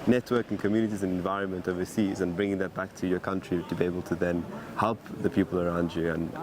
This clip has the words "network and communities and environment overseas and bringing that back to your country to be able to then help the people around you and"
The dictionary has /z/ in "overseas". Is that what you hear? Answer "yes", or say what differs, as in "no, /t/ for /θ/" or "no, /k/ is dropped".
yes